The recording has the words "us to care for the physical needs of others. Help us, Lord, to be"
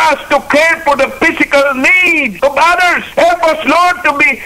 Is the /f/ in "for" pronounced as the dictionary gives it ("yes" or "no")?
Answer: yes